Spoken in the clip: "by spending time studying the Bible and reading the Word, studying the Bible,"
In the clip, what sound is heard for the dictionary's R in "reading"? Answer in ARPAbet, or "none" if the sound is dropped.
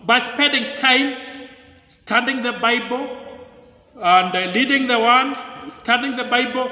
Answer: L